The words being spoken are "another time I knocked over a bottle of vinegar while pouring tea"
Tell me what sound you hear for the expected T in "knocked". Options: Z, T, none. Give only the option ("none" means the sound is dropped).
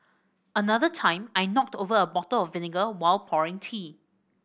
T